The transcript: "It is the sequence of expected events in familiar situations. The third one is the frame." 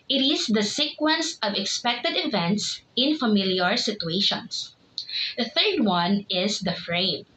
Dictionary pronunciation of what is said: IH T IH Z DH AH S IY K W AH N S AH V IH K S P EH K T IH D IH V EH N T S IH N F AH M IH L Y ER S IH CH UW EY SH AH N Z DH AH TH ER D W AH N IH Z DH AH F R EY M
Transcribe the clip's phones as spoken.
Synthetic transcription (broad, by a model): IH T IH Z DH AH S IY K W AH N S AH V IH K S P EH K T IH D IH V EH N T S IH N F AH M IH L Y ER S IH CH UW EY SH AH N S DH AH TH ER D W AH N IH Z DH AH F R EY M